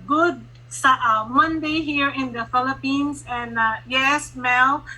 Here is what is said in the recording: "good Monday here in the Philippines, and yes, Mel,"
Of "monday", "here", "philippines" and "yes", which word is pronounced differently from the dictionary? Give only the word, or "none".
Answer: philippines